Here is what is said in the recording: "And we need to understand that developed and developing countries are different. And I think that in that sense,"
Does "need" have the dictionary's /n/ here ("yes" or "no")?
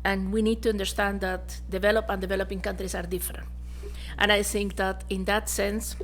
yes